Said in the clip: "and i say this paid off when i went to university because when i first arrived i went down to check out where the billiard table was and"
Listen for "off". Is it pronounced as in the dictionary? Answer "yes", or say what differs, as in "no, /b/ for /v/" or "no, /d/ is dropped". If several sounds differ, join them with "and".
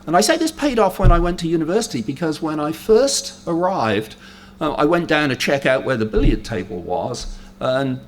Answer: yes